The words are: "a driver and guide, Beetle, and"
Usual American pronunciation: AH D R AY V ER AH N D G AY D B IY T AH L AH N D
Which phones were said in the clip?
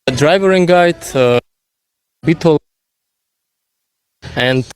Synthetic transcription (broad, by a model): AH D R AY V ER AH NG G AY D B IY T AH L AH N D